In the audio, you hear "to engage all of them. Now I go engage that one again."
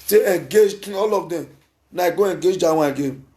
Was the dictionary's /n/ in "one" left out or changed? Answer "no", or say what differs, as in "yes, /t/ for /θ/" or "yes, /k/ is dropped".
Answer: yes, /n/ is dropped